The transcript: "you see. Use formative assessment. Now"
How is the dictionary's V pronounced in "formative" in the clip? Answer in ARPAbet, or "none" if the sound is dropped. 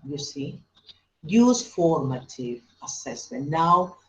V